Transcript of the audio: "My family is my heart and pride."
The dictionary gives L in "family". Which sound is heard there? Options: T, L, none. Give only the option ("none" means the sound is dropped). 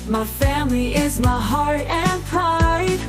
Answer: L